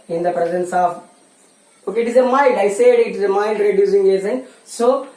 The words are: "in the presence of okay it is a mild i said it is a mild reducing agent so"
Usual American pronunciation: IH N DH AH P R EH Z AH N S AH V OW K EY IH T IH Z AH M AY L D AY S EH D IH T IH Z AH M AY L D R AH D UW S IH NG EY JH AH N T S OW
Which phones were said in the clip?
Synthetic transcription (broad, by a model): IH N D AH P R EH Z AH N S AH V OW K IH T IH Z AH M AY N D AY S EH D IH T IH Z AH M AY N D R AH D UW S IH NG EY Z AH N S OW